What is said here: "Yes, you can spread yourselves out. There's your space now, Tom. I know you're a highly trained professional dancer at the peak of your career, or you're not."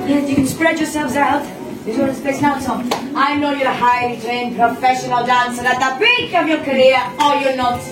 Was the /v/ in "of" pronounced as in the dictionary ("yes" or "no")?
yes